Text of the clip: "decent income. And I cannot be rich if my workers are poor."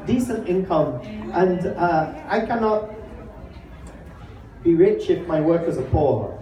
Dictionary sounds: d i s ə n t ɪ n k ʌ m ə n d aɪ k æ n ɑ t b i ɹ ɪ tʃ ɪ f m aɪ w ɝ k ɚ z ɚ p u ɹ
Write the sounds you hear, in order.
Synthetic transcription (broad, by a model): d i s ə n t ɪ n k ʌ m ə n d aɪ k æ n ɑ t b i ɹ ɪ tʃ ɪ f m aɪ w ɝ k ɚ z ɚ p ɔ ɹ